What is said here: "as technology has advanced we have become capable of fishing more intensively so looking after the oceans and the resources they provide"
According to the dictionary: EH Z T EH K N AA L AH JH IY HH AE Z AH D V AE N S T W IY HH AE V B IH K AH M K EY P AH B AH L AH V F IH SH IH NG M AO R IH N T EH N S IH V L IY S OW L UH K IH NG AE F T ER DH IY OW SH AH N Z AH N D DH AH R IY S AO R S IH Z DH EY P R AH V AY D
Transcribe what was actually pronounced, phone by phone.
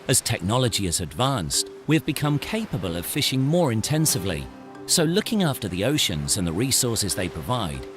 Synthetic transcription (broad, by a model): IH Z T EH K N AA L AH JH IY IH Z AH D V AE N S T W IY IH V B IH K AH M K EY P AH B AH L AH V F IH SH IH NG M AO R IH N T EH N S IH V L IY S OW L UH K IH NG AE F T ER DH IY OW SH AH N Z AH N DH AH R IY S AO R S IH Z DH EY P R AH V AY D